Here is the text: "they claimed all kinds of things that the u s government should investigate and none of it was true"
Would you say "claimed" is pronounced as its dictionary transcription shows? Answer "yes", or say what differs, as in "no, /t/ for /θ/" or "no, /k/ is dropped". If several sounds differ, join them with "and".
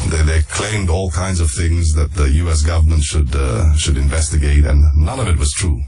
yes